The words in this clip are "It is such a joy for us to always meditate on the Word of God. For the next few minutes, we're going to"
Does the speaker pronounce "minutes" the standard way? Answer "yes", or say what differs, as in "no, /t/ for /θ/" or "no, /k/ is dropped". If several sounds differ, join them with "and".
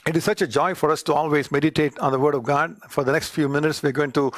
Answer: yes